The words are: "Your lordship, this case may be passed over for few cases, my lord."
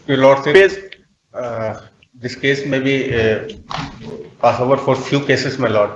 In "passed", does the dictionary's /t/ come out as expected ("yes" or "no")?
no